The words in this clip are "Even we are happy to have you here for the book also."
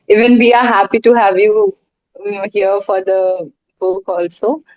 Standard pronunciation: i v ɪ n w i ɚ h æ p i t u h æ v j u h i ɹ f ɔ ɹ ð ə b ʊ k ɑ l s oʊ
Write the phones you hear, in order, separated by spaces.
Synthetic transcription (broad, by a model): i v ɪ n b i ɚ h æ p i t u h æ v j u h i ɹ f ɔ ɹ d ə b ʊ k ɑ l s oʊ